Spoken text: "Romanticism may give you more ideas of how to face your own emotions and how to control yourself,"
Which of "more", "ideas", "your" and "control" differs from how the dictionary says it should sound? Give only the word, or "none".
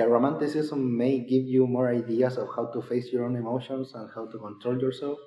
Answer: ideas